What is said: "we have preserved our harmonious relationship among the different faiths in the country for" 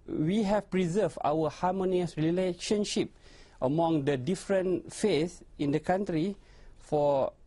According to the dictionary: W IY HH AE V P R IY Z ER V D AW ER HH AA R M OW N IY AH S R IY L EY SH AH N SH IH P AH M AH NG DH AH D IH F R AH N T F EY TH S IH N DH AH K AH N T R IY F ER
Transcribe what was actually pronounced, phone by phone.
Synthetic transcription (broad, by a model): W IY HH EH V P R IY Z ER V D AW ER HH AA M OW N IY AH S R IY L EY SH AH N SH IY P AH M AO NG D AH D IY F R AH N F EY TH IH N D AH K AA N T R IY F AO